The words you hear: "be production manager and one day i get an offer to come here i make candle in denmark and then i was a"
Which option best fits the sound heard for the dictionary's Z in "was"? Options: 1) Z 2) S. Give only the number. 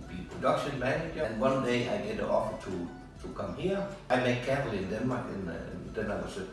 2